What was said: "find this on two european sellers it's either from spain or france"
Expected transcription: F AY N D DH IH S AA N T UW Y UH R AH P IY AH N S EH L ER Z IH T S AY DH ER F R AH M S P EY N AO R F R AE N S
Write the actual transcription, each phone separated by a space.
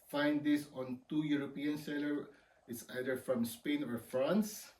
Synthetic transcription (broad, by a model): F AY N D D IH S AA N T UW Y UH R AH P IY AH N S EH L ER IH T S AY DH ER F R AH M S P EY N AO R F R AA N S